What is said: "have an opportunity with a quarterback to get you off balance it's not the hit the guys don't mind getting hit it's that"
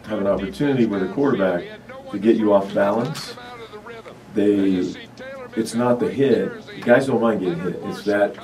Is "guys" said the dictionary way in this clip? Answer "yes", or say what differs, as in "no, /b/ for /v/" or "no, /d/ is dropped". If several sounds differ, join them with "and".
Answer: yes